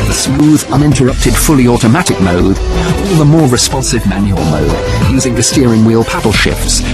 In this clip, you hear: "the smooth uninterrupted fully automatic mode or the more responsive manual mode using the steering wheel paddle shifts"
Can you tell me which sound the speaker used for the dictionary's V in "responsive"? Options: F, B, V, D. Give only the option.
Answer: V